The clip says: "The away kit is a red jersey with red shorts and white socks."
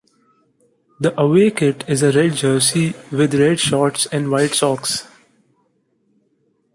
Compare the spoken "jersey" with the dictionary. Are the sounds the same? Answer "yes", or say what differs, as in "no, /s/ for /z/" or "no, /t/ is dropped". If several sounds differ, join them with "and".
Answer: no, /s/ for /z/